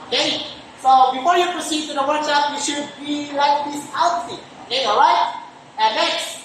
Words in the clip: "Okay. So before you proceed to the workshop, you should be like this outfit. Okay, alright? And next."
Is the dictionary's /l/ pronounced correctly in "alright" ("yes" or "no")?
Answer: no